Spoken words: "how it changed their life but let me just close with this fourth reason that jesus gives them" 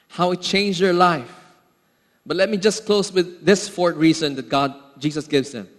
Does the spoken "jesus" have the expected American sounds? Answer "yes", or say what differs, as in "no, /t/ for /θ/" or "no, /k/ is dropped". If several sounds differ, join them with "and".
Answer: no, /s/ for /z/